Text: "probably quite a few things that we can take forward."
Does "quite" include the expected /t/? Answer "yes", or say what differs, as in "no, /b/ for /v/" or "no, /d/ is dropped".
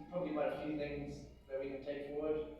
no, /t/ is dropped